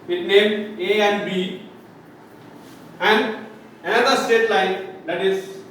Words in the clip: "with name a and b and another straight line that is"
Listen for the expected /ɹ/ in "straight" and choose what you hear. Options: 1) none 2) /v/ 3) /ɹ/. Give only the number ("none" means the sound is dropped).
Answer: 1